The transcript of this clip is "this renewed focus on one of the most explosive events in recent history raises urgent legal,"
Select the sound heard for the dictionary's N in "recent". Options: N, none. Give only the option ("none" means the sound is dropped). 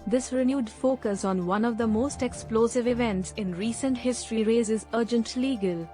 N